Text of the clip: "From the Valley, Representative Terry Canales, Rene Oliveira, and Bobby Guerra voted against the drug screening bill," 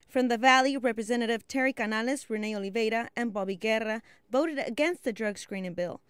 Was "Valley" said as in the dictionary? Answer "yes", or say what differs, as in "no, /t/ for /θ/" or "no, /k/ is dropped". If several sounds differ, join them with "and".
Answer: yes